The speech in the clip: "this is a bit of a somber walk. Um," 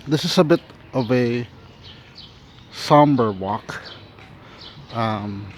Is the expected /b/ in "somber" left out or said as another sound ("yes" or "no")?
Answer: no